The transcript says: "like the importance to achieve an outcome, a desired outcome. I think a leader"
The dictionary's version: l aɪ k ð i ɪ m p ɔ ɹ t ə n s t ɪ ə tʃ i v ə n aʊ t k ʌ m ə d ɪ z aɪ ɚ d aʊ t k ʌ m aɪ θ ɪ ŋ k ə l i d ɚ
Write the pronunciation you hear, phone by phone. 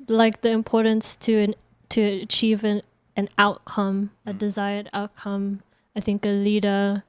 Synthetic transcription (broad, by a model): l aɪ k ð i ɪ m p ɔ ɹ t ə n s t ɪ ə tʃ i v ə n aʊ t k ʌ m ə d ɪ z aɪ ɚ d aʊ t k ʌ m aɪ θ ɪ ŋ k ə l i d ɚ